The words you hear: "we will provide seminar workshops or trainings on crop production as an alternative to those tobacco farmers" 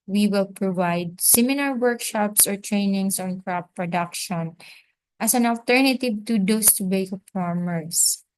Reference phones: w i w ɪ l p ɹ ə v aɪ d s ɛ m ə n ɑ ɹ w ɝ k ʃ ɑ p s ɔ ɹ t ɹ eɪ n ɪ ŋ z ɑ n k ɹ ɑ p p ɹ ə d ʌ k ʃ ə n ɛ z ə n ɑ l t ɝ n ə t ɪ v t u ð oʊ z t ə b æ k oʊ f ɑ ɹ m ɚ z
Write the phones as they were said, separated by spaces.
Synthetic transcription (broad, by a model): w i w ɪ l p ɹ ə v aɪ d s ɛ m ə l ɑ ɹ w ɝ k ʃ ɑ p s ɔ ɹ t ɹ eɪ n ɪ ŋ s ɑ n k ɹ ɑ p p ɹ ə d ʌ k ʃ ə n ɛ s ə n ɑ l t ɝ n ə t ɪ v t u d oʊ s t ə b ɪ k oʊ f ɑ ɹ m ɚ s